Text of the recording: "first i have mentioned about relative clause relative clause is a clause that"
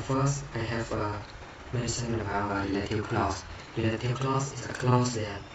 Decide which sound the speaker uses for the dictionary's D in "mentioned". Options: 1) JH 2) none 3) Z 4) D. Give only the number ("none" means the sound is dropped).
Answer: 2